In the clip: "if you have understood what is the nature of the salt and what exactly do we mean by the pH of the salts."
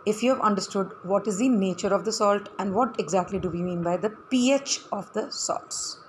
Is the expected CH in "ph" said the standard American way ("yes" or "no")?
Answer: yes